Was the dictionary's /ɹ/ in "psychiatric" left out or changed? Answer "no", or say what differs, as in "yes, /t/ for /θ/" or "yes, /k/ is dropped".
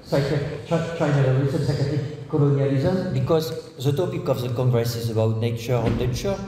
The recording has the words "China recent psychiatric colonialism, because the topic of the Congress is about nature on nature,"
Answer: yes, /ɹ/ is dropped